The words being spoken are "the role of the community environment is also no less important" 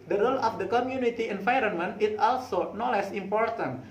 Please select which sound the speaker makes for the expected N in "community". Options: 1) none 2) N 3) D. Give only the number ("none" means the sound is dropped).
2